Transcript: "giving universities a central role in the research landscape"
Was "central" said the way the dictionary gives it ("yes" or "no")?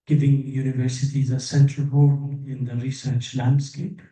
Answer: yes